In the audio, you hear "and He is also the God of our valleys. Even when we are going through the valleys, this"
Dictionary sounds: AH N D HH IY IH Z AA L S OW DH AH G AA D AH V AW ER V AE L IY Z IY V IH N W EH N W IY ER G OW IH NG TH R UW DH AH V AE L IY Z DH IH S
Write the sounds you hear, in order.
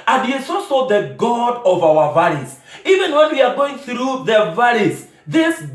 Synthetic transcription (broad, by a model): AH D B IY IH S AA S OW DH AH G AA D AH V AW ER V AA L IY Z IY V IH N W EH N W IY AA G OW IH NG TH R UW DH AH V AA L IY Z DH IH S